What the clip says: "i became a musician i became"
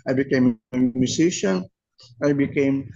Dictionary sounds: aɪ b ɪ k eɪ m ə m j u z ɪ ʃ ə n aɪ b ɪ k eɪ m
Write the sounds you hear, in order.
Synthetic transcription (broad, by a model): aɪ b ɪ k eɪ m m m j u s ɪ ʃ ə n aɪ b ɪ k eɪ m